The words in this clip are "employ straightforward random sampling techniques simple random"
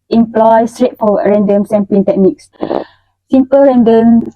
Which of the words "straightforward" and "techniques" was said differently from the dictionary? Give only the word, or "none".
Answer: straightforward